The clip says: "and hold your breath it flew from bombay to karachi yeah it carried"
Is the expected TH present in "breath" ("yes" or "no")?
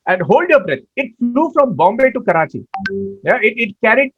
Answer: no